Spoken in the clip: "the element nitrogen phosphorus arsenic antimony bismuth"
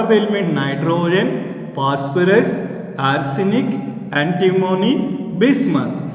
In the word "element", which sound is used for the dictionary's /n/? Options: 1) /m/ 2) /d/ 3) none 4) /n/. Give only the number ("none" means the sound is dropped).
3